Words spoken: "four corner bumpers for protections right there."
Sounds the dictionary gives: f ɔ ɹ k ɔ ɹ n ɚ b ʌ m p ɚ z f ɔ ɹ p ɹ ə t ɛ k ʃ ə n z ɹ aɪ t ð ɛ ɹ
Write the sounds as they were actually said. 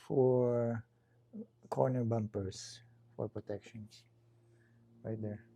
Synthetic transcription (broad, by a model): f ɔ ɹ k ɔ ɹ n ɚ b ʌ m p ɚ s f ɔ ɹ p ɹ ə t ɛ k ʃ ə n s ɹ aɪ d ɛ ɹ